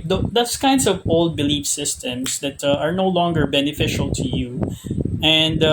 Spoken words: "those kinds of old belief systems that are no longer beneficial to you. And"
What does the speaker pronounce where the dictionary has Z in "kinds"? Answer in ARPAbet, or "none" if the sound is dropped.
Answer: S